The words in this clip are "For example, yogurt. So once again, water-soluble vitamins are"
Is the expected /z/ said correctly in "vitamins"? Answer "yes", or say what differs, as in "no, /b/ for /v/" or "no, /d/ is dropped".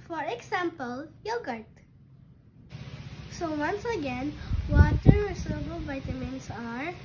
no, /s/ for /z/